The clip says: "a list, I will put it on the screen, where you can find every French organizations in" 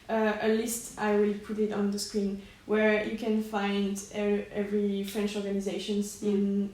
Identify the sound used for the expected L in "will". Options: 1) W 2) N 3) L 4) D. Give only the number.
3